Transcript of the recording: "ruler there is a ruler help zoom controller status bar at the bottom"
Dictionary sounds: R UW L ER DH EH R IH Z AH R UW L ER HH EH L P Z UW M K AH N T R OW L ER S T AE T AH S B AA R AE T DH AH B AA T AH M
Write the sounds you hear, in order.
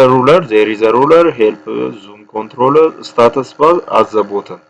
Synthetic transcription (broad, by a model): R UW L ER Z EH R IH Z AH R UW L ER HH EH L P Z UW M K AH N T R OW L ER S T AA T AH S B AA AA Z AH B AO T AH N